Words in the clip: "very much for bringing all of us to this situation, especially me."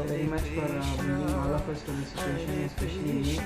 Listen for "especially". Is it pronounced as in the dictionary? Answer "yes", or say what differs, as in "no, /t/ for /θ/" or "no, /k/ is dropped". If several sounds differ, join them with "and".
no, /l/ is dropped